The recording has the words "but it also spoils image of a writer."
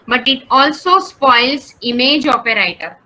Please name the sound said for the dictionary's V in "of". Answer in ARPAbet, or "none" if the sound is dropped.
P